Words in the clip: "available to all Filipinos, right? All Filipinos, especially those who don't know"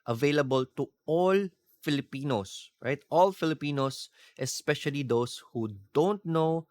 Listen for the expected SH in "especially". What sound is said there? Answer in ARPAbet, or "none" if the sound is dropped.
SH